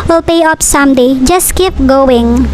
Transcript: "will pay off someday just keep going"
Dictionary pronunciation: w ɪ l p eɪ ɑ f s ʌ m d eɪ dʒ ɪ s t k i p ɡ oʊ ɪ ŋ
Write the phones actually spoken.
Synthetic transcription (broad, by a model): w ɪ l p eɪ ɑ p s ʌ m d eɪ dʒ ɪ s t k i p ɡ oʊ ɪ ŋ